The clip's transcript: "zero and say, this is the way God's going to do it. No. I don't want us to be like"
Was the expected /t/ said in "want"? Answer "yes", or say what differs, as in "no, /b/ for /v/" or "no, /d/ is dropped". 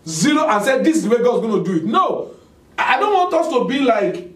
yes